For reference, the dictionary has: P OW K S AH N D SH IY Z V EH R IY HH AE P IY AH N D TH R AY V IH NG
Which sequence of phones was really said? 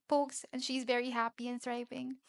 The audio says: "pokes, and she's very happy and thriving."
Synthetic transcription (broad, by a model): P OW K S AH N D SH IY Z V EH R IY HH AE P IY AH N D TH R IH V IH NG